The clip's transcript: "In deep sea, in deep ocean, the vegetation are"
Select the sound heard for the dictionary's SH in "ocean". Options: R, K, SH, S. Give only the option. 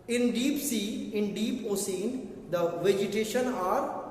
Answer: S